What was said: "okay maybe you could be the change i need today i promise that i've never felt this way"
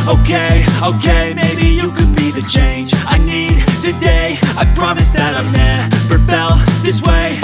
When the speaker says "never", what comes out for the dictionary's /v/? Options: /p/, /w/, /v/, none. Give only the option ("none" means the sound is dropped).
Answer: /p/